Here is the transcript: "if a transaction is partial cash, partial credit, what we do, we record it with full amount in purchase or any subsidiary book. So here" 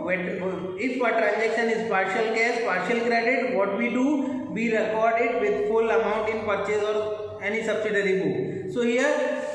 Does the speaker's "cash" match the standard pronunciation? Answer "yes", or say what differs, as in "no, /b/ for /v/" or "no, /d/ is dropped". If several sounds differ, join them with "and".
no, /s/ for /ʃ/